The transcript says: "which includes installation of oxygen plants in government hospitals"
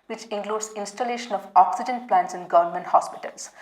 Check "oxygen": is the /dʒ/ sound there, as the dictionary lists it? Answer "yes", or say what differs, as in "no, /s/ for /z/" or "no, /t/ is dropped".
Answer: yes